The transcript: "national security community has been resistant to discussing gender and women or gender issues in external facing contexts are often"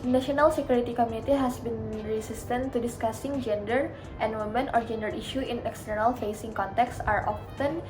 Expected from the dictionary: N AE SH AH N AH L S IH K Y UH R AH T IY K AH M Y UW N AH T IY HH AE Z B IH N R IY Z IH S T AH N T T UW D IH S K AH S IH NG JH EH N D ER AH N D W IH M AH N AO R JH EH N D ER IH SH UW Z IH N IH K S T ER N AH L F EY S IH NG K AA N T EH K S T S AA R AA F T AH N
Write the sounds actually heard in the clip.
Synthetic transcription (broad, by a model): N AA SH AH N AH L S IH K Y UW R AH T IY K AH M Y UW N AH T IY HH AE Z B IH N R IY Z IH S T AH N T T UW D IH S K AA S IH NG JH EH N D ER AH N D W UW M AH N AO R JH EH N D ER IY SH UW IH N IH K S T ER N AH L F EY S IH NG K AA N T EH K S S AA R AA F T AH N